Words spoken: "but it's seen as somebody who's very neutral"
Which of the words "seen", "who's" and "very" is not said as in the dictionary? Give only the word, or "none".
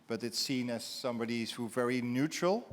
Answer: who's